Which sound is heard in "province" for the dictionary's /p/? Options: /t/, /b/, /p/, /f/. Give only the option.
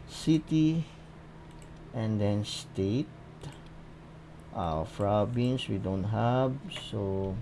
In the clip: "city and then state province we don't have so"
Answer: /f/